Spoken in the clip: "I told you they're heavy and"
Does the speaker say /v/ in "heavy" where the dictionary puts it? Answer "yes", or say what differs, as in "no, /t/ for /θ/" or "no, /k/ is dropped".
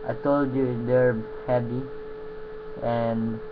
no, /p/ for /v/